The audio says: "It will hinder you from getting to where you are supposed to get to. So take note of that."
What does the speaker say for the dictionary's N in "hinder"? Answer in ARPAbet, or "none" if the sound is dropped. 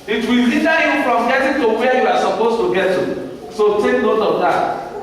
none